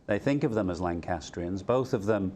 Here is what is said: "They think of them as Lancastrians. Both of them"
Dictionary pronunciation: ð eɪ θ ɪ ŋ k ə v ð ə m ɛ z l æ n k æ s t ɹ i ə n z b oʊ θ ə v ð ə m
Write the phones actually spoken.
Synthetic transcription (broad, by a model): ð eɪ θ ɪ ŋ k ə v ð ə m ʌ z l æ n k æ s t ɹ i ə n z b oʊ θ ə v ð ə m